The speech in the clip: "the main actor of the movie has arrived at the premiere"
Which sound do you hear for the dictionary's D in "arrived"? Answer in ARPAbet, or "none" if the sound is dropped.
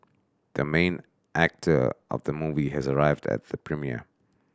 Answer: D